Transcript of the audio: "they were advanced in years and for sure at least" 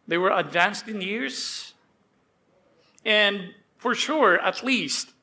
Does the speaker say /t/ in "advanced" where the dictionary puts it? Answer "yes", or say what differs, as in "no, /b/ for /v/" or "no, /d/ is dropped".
yes